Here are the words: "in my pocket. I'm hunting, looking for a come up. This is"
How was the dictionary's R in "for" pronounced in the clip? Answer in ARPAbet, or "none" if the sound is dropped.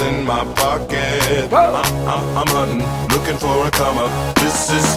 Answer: W